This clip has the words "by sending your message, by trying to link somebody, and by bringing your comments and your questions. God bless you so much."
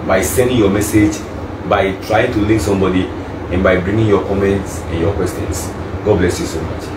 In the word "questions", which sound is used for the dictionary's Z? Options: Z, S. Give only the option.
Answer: S